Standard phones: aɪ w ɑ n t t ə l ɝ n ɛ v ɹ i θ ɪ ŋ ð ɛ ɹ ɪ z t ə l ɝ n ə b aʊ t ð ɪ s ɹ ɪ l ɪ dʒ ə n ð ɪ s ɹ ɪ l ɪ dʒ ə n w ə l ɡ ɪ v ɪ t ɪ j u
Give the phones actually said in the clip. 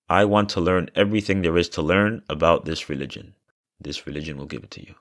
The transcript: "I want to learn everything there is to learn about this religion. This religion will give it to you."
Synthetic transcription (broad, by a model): aɪ w ɑ n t t ə l ɝ n ɛ v ɹ i θ ɪ ŋ ð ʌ ɹ ɪ z t ə l ɝ n ə b aʊ t ð ɪ s ɹ ɪ l ɪ dʒ ə n ð ɪ s ɹ ɪ l ɪ dʒ ə n w ə l ɡ ɪ v ɪ t ɪ j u